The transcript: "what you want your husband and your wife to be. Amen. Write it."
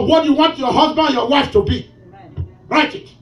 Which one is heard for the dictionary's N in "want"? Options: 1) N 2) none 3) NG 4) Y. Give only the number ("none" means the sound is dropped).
1